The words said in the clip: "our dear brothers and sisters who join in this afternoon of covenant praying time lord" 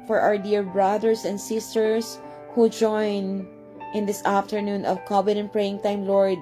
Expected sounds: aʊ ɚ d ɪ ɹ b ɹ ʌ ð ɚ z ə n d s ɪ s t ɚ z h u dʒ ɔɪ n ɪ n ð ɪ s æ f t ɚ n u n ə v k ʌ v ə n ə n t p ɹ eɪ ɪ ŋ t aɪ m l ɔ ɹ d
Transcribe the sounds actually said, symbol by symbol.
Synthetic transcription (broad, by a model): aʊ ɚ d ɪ ɹ b ɹ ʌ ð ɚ s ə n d s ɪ s t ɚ s h u dʒ ɔɪ n ɪ n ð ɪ s æ f t ɚ n u n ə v k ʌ b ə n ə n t p ɹ eɪ ɪ ŋ t aɪ m l ɔ ɹ d